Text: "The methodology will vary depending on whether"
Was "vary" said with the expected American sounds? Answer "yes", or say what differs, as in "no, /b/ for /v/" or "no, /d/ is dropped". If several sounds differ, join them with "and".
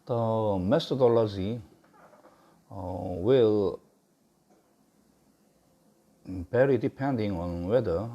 no, /b/ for /v/